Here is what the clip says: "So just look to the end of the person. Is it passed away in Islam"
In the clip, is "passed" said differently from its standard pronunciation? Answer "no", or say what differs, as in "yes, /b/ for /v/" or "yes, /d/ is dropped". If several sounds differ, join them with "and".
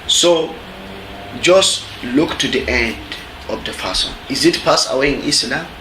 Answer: yes, /t/ is dropped